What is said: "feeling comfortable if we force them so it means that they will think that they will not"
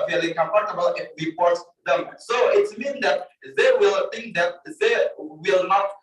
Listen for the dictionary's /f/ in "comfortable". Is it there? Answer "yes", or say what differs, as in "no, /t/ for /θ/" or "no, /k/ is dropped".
no, /p/ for /f/